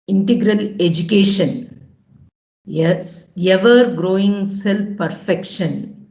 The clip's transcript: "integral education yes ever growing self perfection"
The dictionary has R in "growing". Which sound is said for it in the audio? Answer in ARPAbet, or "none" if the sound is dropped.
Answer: R